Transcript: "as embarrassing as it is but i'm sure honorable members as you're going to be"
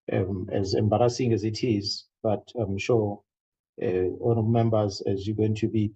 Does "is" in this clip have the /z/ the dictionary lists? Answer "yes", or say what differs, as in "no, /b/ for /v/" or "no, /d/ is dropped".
yes